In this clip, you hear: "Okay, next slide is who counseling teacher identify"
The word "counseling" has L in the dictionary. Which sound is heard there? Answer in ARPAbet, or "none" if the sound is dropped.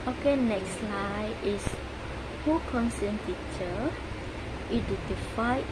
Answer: none